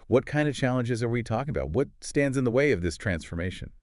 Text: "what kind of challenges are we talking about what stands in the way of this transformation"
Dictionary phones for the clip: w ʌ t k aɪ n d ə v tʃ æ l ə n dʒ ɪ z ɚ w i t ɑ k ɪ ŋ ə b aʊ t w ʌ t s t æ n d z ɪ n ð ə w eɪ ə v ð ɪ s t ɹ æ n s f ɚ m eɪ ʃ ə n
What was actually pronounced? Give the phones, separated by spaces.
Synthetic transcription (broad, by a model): w ʌ t k aɪ n d ə v tʃ æ l ə n dʒ ɪ z ɚ w i t ɑ k ɪ ŋ ə b aʊ t w ʌ t s t æ n d z ɪ n ð ə w eɪ ə v ð ɪ s t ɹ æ n s f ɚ m eɪ ʃ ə n